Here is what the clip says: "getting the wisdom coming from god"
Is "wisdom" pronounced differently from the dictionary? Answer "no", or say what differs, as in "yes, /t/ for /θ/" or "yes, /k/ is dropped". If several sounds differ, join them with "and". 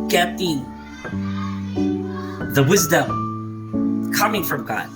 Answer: no